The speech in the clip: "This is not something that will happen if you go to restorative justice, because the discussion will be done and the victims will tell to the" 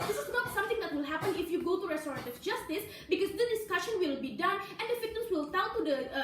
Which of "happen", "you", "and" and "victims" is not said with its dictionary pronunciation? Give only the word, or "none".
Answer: victims